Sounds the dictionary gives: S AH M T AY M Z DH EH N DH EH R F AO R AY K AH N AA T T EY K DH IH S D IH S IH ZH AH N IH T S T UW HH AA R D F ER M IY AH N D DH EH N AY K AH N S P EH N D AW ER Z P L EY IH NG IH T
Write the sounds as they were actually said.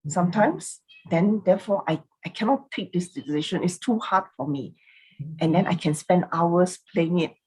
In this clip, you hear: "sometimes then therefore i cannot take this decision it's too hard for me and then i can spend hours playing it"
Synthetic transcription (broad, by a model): S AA M T AY M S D EH N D EH F AO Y AY K AH N AA T T EY K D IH S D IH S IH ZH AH N IH T S T UW HH AA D F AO M IY AH N D EH N AY K AH N S P EH N D AW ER S P L EY IH NG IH T